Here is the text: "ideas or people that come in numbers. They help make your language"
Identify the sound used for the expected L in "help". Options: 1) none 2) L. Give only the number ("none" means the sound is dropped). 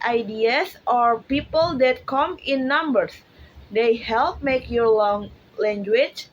2